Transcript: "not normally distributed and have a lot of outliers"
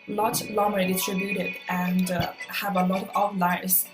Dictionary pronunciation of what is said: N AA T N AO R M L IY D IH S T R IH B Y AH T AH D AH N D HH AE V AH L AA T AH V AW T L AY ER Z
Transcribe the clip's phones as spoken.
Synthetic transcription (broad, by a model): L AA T L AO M IY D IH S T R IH B Y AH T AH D AH N D HH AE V AH L AA T AH V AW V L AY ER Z